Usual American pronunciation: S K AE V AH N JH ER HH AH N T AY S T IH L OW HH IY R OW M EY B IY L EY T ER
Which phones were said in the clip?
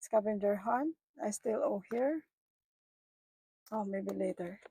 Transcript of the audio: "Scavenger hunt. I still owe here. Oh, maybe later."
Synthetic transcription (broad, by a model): S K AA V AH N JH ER HH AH N AY S T IH L OW HH IY R OW M EY B IY L EY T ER